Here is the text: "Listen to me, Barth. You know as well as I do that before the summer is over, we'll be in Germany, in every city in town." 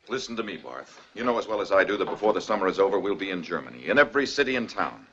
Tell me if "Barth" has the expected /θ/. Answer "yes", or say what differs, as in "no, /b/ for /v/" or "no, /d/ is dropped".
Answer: yes